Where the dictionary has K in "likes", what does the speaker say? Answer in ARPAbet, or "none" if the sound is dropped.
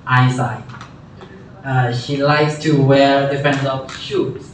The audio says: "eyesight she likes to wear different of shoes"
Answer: K